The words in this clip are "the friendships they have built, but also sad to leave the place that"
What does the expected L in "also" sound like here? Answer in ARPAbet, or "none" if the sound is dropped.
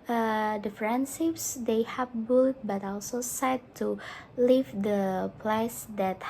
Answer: L